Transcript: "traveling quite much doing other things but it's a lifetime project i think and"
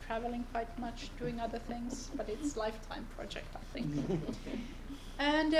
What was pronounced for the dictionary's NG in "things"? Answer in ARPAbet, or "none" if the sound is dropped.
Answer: NG